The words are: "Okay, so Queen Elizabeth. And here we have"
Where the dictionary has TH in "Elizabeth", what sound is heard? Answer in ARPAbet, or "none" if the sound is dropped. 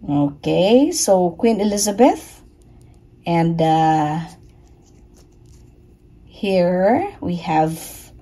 TH